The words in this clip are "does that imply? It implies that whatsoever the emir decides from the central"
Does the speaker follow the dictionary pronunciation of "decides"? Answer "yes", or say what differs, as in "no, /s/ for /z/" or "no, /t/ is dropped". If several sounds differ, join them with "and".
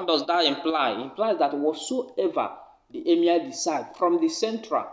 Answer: no, /z/ is dropped